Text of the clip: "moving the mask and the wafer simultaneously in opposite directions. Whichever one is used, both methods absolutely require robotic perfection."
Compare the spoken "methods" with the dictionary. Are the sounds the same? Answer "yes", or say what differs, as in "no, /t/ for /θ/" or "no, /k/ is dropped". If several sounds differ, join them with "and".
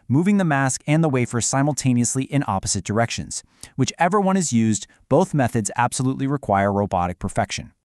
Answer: yes